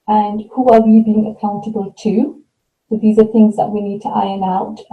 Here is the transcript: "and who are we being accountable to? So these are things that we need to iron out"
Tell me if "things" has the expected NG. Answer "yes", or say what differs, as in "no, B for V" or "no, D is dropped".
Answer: yes